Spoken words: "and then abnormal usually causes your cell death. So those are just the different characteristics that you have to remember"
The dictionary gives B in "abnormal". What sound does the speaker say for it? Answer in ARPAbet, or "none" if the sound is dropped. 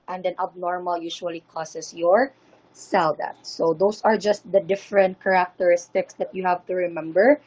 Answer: B